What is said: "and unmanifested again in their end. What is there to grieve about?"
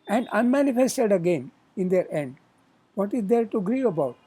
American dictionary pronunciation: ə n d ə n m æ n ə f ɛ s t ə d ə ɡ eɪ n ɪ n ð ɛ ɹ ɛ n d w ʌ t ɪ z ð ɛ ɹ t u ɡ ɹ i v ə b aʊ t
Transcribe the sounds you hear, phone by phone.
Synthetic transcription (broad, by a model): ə n d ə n m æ n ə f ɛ s t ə d ə ɡ eɪ n ɪ n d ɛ ɹ ɛ n d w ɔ t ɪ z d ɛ ɹ t u ɡ ɹ i ə b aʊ t